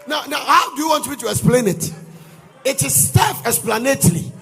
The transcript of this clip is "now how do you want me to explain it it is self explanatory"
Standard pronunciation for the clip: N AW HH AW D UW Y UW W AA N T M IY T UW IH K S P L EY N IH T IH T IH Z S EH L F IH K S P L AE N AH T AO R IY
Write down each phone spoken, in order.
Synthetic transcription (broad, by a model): N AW HH AW D UW Y UW W AA N T M IY T UW IH K S P L EY N IH T IH T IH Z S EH F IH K S P L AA N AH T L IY